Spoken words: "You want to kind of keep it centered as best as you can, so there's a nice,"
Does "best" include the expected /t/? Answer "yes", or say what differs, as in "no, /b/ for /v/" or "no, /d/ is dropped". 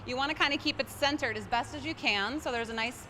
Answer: yes